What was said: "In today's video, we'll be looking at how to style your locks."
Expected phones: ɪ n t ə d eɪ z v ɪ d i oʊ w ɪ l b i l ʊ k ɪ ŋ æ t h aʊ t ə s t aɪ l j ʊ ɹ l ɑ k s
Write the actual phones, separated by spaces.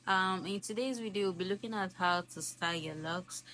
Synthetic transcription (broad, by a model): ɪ n t ə d eɪ z w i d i w ɪ l b i l ʊ k ɪ ŋ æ t h aʊ t ə s t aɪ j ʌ ɹ l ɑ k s